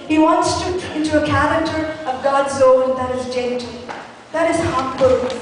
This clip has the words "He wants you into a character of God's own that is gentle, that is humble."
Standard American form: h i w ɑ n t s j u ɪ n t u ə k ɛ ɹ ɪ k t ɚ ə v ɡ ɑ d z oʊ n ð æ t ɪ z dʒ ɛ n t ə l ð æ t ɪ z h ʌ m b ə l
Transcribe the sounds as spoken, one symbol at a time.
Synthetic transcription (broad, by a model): h i w ɑ n t s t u ɪ n t u ə k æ ɹ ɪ k t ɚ ə v ɡ ɑ d z oʊ n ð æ t ɪ z dʒ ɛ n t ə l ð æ t ɪ z h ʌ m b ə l